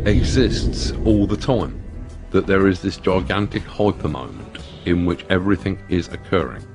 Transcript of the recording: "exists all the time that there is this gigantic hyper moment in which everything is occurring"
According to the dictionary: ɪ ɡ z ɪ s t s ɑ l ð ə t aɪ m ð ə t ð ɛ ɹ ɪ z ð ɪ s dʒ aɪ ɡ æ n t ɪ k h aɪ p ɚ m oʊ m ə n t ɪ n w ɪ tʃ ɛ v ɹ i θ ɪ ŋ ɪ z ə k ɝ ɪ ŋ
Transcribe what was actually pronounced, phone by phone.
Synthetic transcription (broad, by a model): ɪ ɡ z ɪ s t s ɑ l ð ə t aɪ m ð ə t ð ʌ ɹ ɪ z ð ɪ s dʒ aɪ ɡ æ n t ɪ k h aɪ p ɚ m oʊ m ə n t ɪ n w ɪ tʃ ɛ v ɹ i θ ɪ ŋ ɪ z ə k ɝ ɪ ŋ